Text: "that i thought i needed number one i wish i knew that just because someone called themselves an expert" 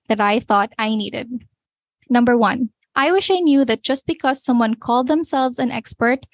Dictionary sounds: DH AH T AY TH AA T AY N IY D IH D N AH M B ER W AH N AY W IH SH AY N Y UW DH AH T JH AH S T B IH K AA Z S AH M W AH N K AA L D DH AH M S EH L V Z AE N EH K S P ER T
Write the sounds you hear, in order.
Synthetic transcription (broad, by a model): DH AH T AY TH AA T AY N IY D IH D N AH M B ER W AH N AY W IH SH AY N Y UW DH AH T JH AH S T B IH K AA Z S AH M W AH N K AA L D DH AH M S EH L V Z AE N EH K S P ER T